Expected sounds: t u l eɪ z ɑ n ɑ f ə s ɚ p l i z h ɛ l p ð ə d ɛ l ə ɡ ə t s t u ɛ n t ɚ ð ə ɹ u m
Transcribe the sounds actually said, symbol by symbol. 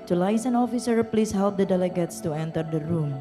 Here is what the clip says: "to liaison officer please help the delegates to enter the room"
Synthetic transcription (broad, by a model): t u l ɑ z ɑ n ɑ f ə s ɚ p l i s h ɛ l p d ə d ɛ l ə ɡ ə t s t u ɛ n t ɚ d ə ɹ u m